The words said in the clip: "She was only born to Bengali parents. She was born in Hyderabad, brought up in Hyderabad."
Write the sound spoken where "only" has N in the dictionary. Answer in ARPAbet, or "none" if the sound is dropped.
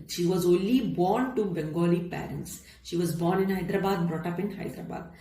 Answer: N